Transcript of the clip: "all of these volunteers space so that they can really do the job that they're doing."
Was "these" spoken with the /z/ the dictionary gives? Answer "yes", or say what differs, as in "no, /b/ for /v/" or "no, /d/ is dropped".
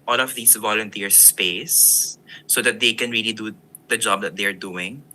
no, /s/ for /z/